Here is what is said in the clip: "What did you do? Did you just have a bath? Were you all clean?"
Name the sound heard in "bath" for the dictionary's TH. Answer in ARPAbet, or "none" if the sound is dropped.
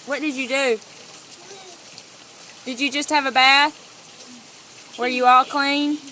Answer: TH